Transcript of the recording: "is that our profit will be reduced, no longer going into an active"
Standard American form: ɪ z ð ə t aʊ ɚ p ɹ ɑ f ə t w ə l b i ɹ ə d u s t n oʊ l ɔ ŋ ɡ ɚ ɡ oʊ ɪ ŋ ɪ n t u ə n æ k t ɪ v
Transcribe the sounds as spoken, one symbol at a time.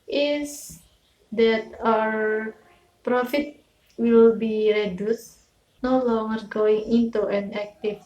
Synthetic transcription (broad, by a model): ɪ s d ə t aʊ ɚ p ɹ ɑ f ə t w ə l b i ɹ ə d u s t n oʊ l ɔ ŋ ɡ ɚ ɡ oʊ ɪ ŋ ɪ n t u ə n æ k t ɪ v